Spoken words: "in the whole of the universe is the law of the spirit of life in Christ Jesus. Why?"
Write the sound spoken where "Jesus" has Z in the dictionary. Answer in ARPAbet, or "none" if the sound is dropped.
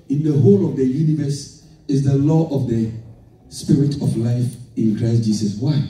S